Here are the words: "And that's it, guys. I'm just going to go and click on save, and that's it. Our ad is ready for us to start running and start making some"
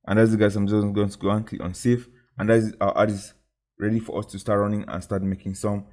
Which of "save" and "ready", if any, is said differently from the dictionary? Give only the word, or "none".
save